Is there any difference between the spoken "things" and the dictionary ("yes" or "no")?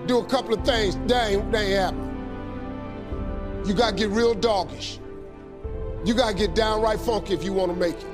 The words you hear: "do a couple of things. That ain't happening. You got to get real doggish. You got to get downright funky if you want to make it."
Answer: no